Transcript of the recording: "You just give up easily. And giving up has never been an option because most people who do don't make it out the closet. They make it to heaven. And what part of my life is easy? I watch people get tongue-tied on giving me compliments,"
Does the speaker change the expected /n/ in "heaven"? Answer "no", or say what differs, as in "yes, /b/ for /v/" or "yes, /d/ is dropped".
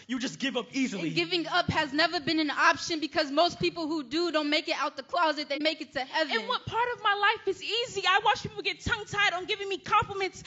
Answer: yes, /n/ is dropped